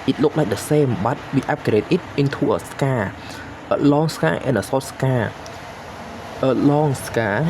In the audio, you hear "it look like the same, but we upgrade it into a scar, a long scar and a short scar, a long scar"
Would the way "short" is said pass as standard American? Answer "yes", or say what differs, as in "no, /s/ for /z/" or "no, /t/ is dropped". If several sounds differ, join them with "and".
no, /s/ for /ʃ/